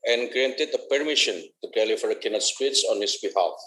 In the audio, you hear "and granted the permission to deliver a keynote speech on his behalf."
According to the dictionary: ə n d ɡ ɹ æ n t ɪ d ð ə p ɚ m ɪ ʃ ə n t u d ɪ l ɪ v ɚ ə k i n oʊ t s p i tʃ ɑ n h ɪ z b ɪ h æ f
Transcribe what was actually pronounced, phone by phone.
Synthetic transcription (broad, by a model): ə n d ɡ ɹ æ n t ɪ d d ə p ɚ m ɪ ʃ ə n t u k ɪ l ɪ f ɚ ə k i n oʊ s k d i s ɑ n h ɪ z b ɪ h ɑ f